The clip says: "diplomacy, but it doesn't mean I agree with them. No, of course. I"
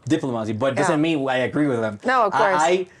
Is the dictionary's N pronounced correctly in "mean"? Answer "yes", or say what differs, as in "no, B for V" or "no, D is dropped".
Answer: no, N is dropped